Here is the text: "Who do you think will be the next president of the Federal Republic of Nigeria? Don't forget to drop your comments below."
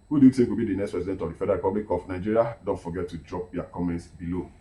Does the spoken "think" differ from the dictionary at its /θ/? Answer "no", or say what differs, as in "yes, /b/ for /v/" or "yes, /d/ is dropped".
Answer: yes, /s/ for /θ/